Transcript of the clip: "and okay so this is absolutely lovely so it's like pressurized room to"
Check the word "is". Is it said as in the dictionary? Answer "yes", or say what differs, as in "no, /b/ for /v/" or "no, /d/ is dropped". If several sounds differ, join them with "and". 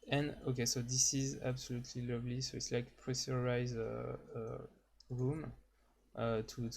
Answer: yes